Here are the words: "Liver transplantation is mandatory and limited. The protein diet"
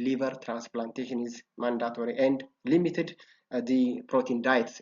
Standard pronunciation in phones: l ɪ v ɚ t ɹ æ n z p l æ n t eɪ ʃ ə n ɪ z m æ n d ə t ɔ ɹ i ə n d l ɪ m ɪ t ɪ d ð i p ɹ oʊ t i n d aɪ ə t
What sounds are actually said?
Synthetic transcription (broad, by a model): l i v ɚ t ɹ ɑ n s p l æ n t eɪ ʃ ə n ɪ z m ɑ n d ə t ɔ ɹ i ə n d l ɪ m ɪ t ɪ d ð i p ɹ oʊ t i n d aɪ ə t